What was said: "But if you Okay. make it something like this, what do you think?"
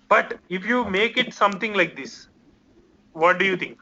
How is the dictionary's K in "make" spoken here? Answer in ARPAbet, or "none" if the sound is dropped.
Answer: K